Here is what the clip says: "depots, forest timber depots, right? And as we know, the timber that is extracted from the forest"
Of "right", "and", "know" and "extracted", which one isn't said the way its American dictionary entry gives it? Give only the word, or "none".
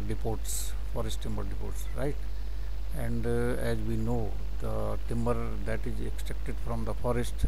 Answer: extracted